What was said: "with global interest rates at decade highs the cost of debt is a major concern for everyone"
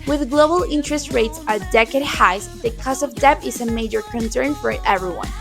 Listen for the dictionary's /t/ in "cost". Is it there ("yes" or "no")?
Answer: no